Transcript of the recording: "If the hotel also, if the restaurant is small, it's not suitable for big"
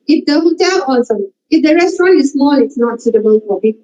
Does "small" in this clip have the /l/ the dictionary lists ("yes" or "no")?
no